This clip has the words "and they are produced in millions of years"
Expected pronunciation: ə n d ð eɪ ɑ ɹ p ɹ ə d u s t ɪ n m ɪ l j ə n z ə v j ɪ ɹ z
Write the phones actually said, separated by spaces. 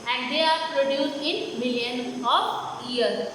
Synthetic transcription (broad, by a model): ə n d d eɪ ɑ ɹ p ɹ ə d u s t ɪ n m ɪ l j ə n ə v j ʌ ɹ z